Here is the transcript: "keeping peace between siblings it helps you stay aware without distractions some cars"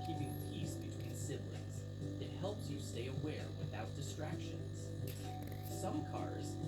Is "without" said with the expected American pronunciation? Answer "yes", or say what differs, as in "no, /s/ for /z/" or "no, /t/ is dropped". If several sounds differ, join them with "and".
yes